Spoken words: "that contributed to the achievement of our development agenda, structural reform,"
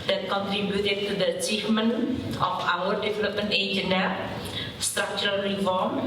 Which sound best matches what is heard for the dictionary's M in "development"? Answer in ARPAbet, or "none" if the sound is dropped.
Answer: none